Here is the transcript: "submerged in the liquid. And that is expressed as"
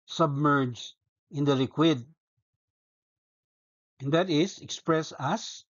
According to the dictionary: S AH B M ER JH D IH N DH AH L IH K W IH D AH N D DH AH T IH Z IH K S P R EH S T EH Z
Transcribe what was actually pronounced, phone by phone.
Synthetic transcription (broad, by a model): S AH B M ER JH IH N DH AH L IH K W IH D AH N D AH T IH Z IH K S P R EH S AA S